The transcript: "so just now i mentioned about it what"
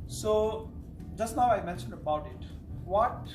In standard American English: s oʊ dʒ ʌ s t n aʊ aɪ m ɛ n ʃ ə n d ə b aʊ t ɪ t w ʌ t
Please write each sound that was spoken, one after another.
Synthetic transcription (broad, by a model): s oʊ dʒ ʌ s t n aʊ aɪ m ɛ n ʃ ə n d ə b aʊ t ɪ t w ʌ t